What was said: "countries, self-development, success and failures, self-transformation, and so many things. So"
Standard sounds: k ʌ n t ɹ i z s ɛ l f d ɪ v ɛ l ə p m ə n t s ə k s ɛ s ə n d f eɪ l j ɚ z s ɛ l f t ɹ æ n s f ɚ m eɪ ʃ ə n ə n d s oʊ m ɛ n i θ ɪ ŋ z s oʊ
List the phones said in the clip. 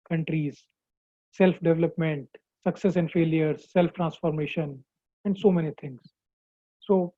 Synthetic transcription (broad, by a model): k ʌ n t ɹ i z s ɛ l f d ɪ v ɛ l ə p m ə n t s ə k s ɛ s ə n d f eɪ l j ɚ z s ɛ l f t ɹ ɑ n s f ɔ m eɪ ʃ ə n ə n d s oʊ m ɛ n i t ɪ ŋ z s oʊ